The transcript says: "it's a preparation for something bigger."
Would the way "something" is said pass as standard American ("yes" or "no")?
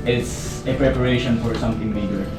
no